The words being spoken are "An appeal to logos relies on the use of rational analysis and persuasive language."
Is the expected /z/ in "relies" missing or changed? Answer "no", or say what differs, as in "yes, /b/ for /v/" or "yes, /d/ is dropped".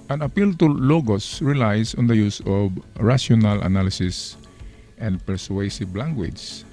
yes, /s/ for /z/